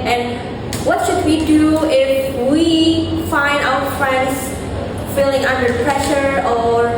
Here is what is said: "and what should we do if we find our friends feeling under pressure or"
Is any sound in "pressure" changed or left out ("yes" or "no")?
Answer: no